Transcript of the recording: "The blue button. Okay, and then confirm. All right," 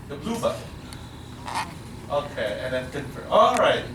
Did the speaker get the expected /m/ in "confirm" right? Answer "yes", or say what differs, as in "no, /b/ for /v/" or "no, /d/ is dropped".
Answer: no, /m/ is dropped